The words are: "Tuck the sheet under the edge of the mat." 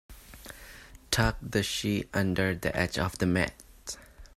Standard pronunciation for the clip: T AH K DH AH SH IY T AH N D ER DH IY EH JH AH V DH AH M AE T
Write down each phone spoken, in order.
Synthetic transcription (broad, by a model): T AH K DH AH SH IY T AH N D ER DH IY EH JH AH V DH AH M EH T